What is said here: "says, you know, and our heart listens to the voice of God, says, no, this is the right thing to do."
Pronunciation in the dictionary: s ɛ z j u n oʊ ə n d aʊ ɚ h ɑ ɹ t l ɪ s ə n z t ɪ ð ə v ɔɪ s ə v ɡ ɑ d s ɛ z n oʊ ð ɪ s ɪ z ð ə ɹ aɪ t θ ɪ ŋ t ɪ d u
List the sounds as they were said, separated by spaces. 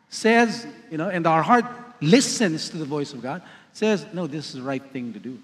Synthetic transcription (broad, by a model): s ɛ z j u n oʊ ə n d aʊ ɚ h ɑ ɹ t l ɪ s ə n z t ɪ ð ə v ɔɪ s ə v ɡ ɑ d s ɛ z n oʊ ð ɪ s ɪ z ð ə ɹ aɪ t θ ɪ ŋ t ɪ d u